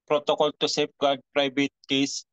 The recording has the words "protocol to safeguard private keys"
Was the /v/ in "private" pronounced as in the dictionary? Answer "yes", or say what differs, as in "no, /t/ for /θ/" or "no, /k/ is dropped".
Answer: no, /b/ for /v/